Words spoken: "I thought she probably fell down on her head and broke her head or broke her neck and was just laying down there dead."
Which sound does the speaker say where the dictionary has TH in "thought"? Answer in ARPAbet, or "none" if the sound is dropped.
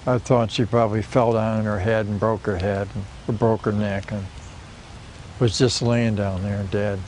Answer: TH